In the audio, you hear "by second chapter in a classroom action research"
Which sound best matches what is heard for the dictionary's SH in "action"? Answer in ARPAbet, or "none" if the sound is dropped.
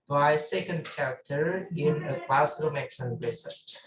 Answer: S